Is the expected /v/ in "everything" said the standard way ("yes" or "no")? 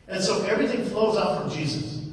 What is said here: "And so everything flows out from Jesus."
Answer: yes